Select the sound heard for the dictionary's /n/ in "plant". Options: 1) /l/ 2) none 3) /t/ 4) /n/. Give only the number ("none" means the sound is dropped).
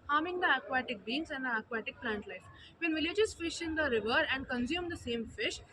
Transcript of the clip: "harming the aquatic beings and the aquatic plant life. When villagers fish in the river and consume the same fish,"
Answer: 4